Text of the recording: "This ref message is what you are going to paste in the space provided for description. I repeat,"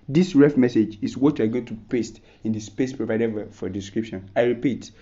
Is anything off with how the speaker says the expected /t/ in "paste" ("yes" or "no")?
no